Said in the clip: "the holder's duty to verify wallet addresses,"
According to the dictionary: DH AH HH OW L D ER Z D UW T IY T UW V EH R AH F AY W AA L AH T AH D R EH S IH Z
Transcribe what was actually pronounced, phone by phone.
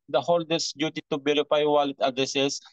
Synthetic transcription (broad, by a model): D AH HH OW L D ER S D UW T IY T UW B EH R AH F AY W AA L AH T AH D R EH S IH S